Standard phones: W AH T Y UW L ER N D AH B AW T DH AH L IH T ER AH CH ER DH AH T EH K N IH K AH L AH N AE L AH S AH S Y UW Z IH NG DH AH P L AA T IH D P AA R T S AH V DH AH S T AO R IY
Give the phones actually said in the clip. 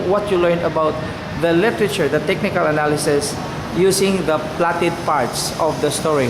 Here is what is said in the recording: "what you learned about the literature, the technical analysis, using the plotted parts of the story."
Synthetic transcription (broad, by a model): W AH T Y UW L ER N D AH B AW T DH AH L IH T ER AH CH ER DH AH T EH K N IH K AH L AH N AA L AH S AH S Y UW S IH NG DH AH P L AA T IH D P AA R T S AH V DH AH S T AO R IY